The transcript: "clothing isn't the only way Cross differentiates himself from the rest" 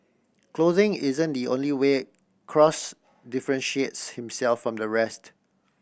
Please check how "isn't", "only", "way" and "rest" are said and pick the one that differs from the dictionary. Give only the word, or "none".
none